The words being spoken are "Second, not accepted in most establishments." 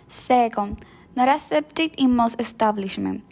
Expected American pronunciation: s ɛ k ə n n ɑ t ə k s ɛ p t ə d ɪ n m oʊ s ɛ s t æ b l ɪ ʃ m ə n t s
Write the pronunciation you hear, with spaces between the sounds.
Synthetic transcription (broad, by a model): s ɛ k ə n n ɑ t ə s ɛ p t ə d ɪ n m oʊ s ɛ s t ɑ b l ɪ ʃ m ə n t